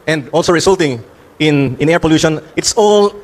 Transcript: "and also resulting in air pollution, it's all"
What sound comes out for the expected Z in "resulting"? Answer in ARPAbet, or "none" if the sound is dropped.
S